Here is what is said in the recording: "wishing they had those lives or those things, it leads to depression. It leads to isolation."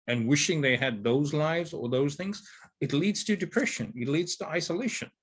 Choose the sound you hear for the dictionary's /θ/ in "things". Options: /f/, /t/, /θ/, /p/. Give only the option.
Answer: /θ/